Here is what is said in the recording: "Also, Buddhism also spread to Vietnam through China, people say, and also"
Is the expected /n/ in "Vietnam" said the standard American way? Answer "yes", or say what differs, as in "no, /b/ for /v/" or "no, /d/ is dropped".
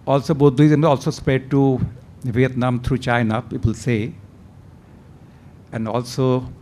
yes